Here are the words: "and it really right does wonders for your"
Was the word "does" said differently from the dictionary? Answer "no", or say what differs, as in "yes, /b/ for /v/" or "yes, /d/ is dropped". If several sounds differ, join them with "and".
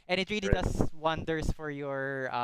yes, /s/ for /z/